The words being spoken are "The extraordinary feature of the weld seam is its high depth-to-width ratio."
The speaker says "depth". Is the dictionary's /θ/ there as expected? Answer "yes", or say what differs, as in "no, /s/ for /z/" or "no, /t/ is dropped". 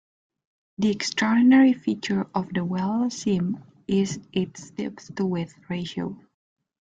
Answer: no, /s/ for /θ/